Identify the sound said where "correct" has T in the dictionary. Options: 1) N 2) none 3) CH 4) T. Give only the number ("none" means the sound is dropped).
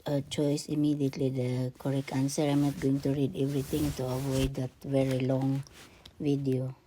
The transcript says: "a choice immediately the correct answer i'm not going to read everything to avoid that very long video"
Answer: 2